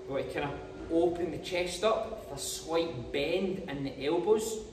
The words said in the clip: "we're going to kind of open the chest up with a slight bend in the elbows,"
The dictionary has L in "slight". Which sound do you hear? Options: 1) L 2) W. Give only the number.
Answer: 2